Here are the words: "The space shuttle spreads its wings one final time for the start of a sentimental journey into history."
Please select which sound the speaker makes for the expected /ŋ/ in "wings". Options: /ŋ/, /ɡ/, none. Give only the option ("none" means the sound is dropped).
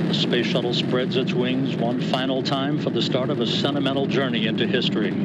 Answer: /ŋ/